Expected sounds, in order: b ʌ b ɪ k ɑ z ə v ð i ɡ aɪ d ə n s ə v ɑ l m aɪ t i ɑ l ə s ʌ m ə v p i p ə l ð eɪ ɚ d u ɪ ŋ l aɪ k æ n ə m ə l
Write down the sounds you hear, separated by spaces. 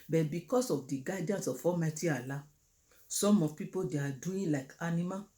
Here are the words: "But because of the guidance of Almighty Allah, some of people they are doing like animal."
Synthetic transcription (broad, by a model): b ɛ b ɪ k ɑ s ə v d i ɡ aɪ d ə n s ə f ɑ m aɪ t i ɑ l ə s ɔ m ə p i p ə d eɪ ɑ d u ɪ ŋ l aɪ k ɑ n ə m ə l